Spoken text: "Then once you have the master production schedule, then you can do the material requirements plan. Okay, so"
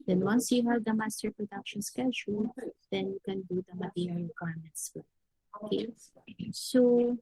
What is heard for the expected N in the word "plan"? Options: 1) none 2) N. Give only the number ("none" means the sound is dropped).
1